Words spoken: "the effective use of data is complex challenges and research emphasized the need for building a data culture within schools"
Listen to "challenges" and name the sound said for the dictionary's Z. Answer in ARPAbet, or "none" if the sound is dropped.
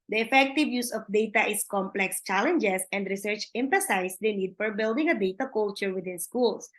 S